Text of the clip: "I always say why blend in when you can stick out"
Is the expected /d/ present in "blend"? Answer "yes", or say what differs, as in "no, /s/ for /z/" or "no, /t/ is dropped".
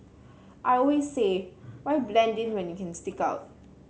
yes